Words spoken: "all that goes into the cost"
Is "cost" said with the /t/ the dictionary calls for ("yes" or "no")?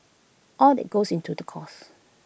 no